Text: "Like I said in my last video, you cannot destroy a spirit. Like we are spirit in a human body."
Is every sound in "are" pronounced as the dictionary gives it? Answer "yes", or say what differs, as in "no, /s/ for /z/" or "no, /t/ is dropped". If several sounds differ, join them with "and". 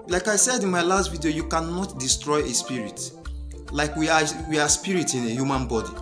no, /w/ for /ɹ/